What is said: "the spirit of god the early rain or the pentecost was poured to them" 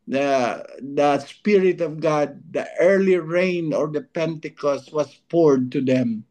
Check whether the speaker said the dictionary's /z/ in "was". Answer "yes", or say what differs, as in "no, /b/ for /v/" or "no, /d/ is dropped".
no, /s/ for /z/